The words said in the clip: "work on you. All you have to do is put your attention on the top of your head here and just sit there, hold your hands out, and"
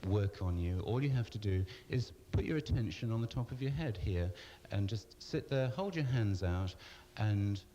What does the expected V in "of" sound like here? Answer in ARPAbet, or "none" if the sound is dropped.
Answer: V